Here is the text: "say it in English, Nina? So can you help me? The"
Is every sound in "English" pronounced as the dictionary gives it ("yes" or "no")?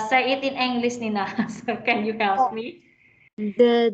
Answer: no